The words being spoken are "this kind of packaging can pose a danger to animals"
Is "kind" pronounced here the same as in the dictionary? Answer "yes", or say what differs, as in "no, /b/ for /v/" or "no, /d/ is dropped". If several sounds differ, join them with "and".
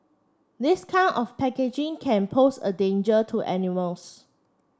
no, /d/ is dropped